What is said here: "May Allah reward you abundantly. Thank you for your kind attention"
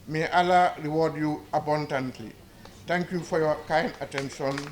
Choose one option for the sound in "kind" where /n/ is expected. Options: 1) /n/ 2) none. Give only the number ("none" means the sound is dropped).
1